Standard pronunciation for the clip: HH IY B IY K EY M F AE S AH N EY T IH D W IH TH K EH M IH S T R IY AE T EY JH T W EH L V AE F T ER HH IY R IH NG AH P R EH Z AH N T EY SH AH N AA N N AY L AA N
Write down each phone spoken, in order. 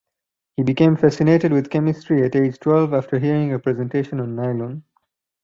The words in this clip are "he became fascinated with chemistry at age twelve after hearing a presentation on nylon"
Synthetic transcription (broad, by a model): HH IY B IY K EY M F AE S AH N EY T IH D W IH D K EH M IH S T R IY AE T EY JH T W EH L V AE F T ER HH IY R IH NG AH P R EH Z AH N T EY SH AH N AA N N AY L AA N